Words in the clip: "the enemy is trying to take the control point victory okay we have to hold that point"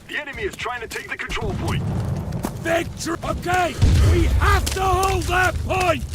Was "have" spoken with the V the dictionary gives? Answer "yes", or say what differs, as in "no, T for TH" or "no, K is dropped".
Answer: no, F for V